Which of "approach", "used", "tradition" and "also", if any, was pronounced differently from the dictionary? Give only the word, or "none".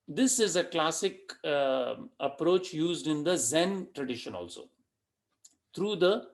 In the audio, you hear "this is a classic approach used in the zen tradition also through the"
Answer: none